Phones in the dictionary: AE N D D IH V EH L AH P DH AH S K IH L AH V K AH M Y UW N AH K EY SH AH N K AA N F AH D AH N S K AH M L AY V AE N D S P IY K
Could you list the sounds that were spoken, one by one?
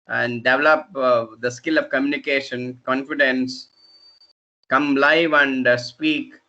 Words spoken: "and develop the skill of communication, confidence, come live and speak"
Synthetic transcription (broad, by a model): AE N D D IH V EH L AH P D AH S K IH L AH V K AH M Y UW N AH K EY SH AH N K AA N F AH D AH N S K AH M L AY V AE N D S P IY K